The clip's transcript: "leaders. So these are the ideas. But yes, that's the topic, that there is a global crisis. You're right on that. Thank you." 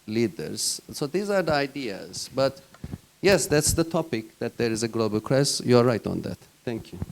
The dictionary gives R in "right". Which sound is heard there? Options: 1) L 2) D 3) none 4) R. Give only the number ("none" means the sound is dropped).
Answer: 4